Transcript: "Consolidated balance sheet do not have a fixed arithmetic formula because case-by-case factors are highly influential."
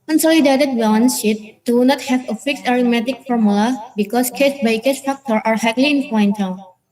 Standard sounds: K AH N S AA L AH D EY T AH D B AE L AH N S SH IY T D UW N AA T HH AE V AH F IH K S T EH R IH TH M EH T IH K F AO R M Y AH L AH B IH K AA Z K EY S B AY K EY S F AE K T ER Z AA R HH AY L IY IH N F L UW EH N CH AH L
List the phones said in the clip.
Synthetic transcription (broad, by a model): K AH N S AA L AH D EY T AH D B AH N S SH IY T D UW N AA T HH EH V AH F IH K S EH R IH M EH T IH K F AO R M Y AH L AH B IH K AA S K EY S B AY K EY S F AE K T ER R AA R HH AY L IY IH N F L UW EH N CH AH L